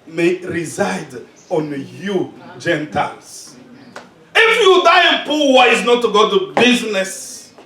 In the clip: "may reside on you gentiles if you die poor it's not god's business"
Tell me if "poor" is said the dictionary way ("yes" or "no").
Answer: no